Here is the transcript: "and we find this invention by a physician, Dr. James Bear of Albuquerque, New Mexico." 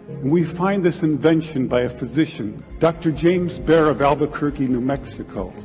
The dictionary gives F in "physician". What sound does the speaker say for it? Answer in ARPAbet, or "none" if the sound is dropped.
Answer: F